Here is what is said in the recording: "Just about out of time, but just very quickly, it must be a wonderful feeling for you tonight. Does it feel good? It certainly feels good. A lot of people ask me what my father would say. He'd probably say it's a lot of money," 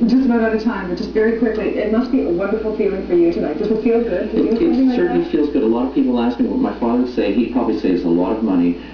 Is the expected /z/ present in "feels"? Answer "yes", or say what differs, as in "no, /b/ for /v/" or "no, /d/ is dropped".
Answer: yes